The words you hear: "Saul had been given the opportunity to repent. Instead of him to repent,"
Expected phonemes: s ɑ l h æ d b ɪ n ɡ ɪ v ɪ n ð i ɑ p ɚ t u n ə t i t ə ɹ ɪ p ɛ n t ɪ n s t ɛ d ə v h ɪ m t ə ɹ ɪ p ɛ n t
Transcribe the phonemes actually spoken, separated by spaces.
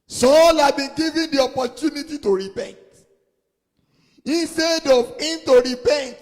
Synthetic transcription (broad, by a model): s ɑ l h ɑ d b ɪ n ɡ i v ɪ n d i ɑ p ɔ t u n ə t i t ə ɹ ɪ p ɛ n t ɪ n s t ɛ d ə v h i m t ə ɹ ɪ p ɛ n t